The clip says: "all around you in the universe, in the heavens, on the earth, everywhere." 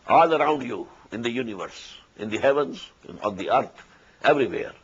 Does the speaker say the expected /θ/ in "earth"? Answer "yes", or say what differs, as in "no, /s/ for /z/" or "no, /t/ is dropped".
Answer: no, /t/ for /θ/